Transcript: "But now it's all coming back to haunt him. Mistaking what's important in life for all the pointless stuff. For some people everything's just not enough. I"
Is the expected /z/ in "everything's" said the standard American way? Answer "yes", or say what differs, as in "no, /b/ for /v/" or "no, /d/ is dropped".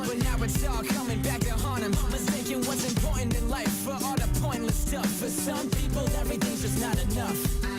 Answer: no, /z/ is dropped